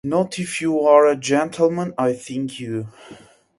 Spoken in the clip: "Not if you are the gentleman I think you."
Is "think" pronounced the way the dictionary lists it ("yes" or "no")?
yes